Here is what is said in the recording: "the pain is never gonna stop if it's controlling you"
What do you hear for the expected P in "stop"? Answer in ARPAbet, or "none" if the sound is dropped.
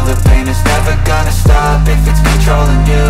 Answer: B